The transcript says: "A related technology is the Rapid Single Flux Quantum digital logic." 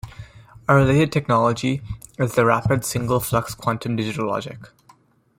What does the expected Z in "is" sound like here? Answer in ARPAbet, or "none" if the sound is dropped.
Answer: Z